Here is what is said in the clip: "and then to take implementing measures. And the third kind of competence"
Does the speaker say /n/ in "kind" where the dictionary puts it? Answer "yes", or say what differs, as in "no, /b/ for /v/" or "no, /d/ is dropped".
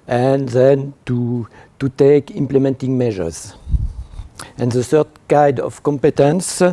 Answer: no, /n/ is dropped